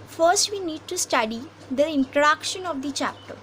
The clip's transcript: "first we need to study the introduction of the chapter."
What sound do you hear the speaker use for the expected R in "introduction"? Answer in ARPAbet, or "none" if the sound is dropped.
none